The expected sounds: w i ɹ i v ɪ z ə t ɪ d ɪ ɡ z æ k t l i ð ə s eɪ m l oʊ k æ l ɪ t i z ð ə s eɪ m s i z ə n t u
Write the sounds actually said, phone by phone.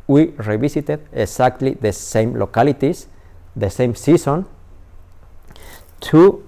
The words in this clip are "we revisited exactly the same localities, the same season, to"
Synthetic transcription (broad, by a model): w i ɹ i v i s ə t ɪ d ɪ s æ k t l i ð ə s eɪ m l oʊ k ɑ l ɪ t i s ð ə s eɪ m s i s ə n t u